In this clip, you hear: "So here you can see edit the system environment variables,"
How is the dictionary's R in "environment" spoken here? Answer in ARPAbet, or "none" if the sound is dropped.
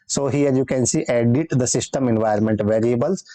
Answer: none